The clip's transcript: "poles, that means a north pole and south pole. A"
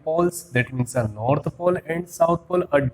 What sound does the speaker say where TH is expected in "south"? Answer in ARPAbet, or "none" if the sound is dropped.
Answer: T